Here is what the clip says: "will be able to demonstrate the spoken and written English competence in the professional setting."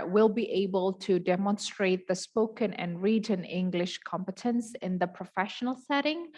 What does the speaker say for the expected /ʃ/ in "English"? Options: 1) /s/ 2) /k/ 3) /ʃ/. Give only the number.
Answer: 3